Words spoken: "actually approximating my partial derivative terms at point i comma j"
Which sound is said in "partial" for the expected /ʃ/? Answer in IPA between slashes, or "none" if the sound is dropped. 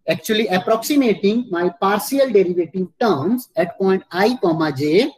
/s/